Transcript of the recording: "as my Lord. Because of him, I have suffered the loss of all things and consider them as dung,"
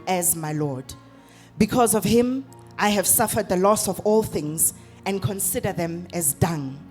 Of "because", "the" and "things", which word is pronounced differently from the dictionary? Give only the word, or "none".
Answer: none